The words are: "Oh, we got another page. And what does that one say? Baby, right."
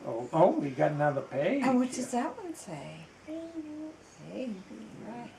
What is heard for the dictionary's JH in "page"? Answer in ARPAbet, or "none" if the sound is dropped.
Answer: none